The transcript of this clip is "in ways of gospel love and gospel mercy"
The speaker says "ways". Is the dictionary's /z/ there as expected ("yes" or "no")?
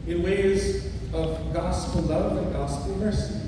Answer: yes